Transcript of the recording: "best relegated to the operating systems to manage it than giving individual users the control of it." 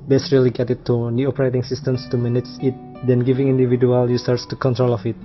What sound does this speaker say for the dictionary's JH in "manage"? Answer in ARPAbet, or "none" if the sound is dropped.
CH